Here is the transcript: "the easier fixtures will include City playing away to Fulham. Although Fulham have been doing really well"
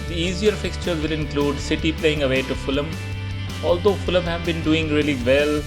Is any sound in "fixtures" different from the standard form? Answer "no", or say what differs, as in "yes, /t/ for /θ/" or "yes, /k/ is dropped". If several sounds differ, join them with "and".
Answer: no